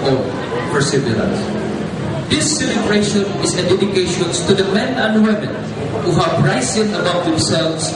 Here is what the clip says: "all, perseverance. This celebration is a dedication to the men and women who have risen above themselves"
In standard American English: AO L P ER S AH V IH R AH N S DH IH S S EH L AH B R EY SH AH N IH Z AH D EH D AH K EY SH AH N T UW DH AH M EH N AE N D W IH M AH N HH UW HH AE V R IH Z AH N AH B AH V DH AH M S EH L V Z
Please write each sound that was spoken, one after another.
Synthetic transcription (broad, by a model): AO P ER S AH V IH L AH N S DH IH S S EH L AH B R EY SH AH N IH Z AH D EH D AH K EY SH AH N T UW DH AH M EH N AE N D W IH M AH N HH UW HH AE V R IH S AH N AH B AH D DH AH M S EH L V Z